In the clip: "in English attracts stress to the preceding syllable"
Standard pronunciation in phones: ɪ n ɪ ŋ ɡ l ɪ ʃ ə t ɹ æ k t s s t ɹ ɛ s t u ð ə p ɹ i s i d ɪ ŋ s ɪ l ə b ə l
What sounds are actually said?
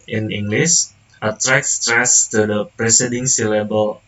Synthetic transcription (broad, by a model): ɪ n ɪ ŋ ɡ l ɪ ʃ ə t ɹ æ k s s t ɹ ɛ s t u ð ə p ɹ i s i d ɪ ŋ s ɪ l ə b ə l